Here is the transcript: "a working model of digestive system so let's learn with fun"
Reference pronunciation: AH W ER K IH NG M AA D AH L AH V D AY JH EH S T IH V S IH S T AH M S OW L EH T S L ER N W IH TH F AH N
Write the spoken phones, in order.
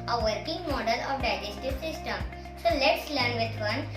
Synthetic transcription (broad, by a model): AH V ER K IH NG M AA D AH L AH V D AY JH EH S T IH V S IH S T AH M S OW L EH T S L ER N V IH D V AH N